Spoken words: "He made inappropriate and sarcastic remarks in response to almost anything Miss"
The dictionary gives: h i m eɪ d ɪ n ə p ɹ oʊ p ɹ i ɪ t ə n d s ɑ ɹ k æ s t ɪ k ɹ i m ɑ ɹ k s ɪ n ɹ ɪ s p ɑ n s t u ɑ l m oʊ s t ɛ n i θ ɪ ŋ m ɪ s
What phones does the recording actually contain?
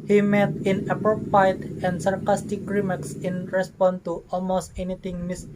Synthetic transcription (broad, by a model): h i m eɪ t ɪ n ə p ɹ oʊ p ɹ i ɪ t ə n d s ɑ ɹ k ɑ s t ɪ k ɹ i m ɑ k s ɪ n ɹ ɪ s p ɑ n t u ɑ l m oʊ s t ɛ n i t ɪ ŋ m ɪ s